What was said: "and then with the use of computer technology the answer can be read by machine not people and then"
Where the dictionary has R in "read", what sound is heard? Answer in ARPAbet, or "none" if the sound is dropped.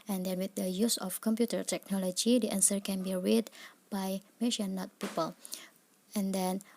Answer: R